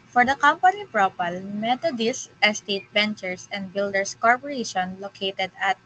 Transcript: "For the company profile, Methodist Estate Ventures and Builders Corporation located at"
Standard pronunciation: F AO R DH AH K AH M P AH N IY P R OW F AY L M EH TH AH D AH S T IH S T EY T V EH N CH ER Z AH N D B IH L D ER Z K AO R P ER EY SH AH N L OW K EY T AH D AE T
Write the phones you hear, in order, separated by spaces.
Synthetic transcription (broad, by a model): F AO R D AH K AH M P AH N IY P R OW P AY L M EH T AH D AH S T IH S T EY T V EH N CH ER S AH N D B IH L D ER S K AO R P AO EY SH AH N L OW K EY T AH D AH T